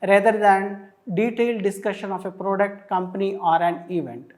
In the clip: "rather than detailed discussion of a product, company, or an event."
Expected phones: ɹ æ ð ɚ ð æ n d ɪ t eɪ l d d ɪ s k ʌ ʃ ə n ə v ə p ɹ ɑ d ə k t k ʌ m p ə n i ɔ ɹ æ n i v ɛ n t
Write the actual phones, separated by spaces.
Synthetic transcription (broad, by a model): ɹ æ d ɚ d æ n d ɪ t eɪ l d d ɪ s k ʌ ʃ ə n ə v ə p ɹ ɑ d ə k t k ʌ m p ə n i ɔ ɹ æ n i v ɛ n t